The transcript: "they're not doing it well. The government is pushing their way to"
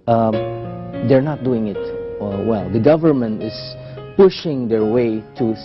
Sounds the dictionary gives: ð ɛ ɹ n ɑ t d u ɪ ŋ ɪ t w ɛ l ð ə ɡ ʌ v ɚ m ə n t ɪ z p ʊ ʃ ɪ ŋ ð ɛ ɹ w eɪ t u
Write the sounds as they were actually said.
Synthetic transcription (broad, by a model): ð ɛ ɹ n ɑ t d u ɪ ŋ ɪ t w ɛ l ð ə ɡ ʌ v ɚ m ə n t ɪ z p ʊ ʃ ɪ ŋ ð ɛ ɹ w eɪ t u